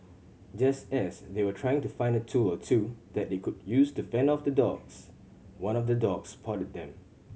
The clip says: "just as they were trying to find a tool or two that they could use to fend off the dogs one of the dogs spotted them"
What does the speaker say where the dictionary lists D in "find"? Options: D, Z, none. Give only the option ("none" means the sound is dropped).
D